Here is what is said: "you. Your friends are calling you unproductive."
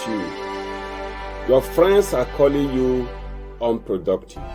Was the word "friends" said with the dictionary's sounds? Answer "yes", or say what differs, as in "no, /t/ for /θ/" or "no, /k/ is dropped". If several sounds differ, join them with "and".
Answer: no, /s/ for /z/